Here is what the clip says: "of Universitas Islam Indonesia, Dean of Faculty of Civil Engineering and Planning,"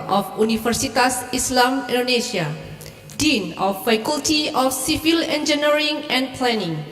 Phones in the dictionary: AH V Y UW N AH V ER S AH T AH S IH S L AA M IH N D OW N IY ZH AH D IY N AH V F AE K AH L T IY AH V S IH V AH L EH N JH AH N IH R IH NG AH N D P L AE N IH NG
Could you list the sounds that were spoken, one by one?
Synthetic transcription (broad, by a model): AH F UW N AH F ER S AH T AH S IH S L AA M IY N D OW N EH S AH D IY N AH F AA K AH L T IY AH F S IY F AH L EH N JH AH N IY R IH NG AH N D P L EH N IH NG